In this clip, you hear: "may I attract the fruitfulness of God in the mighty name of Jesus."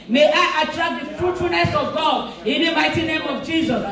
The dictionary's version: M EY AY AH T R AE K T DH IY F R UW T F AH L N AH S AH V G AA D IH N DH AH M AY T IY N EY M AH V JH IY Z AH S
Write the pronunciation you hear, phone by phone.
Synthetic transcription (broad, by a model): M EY AY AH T R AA K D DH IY F R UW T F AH N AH S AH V G AA D IH N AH M AY T IY N EY M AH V JH IY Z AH S